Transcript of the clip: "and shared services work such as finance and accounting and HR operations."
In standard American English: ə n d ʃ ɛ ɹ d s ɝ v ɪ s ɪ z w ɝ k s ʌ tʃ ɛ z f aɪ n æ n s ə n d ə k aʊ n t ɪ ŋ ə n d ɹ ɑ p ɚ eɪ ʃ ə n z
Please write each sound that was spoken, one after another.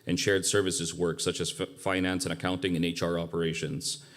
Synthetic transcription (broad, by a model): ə n ʃ ɛ ɹ d s ɝ v ɪ s ɪ z w ɝ k s ʌ tʃ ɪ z f aɪ n æ n s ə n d ə k aʊ n t ɪ ŋ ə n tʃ ɹ ɑ p ɚ eɪ ʃ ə n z